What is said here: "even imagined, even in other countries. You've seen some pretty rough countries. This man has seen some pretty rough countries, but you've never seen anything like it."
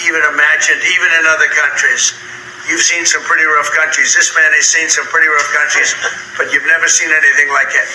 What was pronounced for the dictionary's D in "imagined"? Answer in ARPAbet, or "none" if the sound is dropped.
D